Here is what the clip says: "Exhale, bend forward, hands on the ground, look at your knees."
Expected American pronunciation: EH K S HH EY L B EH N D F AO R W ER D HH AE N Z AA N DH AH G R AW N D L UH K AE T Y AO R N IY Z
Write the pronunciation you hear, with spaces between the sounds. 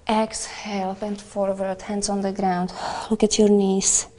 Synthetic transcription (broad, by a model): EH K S HH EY L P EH N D F AO R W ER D HH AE N S AA N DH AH G R AW N D L UH K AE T Y AO R N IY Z